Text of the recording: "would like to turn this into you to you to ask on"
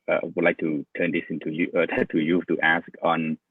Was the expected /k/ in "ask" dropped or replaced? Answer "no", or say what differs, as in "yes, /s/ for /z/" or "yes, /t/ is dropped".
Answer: no